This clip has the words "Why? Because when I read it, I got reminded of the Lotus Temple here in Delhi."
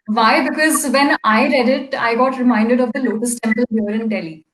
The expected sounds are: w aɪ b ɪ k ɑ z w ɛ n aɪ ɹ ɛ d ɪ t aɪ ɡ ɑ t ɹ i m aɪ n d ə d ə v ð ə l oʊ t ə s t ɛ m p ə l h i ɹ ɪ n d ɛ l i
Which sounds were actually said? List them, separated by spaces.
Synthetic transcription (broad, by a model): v aɪ b ɪ k ɑ z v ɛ n aɪ ɹ ɛ d ɪ t aɪ ɡ ɑ t ɹ i m aɪ n d ə d ə v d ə l oʊ t ə s t ɛ m p ə l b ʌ ɹ ɪ n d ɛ l i